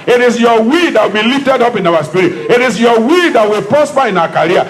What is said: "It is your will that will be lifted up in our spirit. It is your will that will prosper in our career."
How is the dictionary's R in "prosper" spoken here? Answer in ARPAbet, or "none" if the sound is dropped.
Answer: none